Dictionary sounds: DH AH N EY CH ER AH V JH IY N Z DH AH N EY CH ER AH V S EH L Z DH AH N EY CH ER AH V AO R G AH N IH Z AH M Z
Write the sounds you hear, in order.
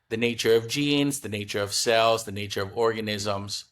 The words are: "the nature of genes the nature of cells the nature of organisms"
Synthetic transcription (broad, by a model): DH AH N EY CH ER AH V JH IY N Z DH AH N EY CH ER AH V S EH L Z DH AH N EY CH ER AH V AO R G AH N IH Z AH M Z